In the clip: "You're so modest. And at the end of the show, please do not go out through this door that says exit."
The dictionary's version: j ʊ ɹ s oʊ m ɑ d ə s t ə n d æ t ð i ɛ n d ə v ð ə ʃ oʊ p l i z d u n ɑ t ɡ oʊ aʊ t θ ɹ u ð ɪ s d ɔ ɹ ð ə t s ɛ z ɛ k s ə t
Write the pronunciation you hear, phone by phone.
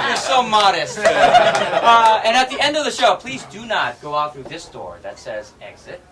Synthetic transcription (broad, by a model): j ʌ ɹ s oʊ m ɑ d ə s t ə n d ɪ t ð i ɛ n d ə v ð ə ʃ oʊ p l i z d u n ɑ t ɡ oʊ aʊ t θ ɹ u ð ɪ s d ɔ ɹ ð ə t s ɛ z ɛ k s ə t